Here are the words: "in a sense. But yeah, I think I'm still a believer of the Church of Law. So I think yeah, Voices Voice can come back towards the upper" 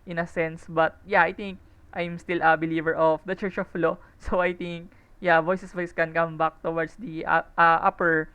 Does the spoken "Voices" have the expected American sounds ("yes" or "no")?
no